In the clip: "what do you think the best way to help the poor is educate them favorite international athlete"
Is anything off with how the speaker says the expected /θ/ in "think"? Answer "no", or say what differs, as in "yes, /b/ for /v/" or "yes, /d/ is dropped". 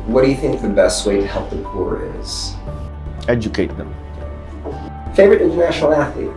no